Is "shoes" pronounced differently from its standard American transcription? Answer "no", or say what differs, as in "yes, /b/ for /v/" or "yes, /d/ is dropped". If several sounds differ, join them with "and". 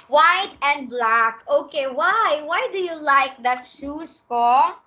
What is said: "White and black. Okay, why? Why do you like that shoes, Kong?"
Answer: yes, /s/ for /z/